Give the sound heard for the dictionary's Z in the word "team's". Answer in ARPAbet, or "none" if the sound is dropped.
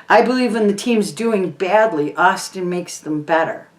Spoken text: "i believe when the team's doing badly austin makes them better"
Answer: Z